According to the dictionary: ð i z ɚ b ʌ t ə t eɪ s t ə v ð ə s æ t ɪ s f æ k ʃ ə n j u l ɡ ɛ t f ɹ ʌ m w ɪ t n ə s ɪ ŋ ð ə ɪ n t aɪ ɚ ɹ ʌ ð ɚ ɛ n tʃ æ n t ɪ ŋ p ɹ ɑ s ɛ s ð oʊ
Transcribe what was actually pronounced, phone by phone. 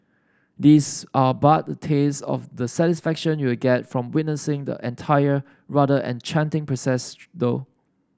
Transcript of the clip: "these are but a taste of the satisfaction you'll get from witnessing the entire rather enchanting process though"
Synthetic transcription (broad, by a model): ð i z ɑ b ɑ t ə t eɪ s ə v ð ə s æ t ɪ s f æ k ʃ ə n j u w ɡ ɛ t f ɹ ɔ m w ɪ t n ə s ɪ ŋ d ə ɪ n t aɪ ɚ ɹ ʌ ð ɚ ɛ n tʃ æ n t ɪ ŋ p ɹ ɑ s ɛ s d oʊ